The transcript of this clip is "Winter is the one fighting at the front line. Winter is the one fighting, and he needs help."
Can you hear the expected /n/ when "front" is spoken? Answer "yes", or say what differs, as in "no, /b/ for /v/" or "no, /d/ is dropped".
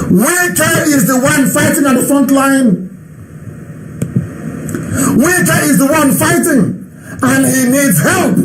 yes